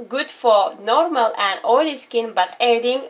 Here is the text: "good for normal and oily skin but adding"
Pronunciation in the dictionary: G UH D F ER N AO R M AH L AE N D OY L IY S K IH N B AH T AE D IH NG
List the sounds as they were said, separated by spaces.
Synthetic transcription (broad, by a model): G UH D F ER N AO R M AH L AE N D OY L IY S K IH N B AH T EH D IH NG